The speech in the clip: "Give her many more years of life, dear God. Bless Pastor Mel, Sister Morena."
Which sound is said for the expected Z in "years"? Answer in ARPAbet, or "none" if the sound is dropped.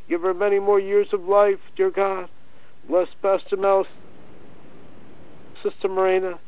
Z